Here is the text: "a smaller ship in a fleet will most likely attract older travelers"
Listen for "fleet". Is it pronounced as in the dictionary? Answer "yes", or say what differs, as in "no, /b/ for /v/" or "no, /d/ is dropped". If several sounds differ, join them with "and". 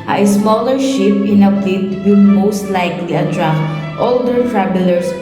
no, /p/ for /f/